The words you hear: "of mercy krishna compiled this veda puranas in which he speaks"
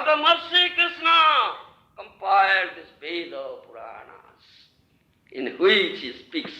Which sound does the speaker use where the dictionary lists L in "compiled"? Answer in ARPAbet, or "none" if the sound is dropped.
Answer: none